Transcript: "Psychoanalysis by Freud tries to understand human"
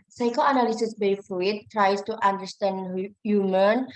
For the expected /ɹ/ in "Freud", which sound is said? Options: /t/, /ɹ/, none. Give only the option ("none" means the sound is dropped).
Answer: none